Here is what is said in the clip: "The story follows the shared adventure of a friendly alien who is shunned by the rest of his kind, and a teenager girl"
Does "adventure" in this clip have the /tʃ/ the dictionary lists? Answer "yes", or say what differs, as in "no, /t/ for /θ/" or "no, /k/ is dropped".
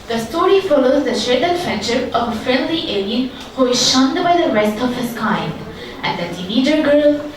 no, /ʃ/ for /tʃ/